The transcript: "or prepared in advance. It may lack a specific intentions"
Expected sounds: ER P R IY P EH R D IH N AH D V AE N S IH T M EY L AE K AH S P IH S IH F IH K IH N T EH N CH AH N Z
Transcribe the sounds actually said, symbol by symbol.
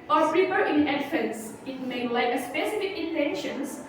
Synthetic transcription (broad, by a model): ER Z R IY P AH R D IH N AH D F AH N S IH T M EY L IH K AH S P IH S IH F IH K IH N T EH N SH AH N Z